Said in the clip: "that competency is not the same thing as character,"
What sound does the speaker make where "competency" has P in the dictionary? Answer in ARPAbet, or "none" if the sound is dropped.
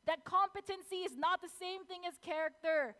P